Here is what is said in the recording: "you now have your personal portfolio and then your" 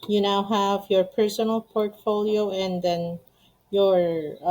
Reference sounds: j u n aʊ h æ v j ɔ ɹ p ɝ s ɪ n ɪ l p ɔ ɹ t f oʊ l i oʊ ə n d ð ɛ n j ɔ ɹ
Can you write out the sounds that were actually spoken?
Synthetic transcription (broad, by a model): j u n aʊ h æ v j ɔ ɹ p ɝ s ɪ n ɪ l p ɔ ɹ t f oʊ l i oʊ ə n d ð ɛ n j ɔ ɹ